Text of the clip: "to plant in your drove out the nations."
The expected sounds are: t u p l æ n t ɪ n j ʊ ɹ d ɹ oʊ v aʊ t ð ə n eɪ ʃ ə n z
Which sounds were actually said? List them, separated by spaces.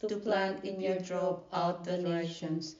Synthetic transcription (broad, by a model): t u p l æ n t ɪ n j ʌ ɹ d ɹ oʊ p aʊ t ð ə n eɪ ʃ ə n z